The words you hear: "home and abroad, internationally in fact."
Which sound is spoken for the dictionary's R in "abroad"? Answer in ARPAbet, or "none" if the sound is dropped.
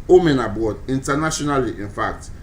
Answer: none